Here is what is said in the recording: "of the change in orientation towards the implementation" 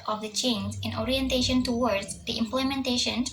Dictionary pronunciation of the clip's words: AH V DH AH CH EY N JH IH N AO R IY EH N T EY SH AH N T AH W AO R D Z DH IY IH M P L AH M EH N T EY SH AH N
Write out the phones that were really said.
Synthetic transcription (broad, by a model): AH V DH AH CH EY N Z IH N AO R IY EH N T EY SH AH N T AH W AO R D Z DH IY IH M P L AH M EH N T EY SH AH N